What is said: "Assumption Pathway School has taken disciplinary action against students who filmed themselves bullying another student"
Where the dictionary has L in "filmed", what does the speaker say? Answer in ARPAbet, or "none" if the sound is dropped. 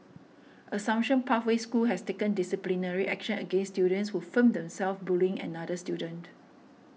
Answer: none